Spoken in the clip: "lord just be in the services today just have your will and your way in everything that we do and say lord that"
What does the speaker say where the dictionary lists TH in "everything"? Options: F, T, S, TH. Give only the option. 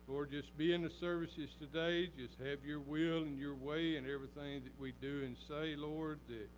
TH